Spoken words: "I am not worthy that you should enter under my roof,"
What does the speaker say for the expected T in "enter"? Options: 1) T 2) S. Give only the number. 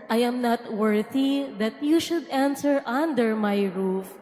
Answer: 2